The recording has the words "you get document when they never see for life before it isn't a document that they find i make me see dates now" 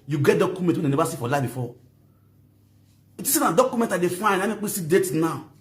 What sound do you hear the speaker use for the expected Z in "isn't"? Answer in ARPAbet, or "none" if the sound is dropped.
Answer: S